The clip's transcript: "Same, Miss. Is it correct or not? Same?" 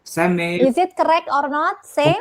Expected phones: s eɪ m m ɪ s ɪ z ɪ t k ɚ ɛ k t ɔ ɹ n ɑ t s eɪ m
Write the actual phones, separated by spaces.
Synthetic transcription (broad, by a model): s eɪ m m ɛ ɪ z ɪ t k ɚ ɛ k t ɔ ɹ n ɑ t s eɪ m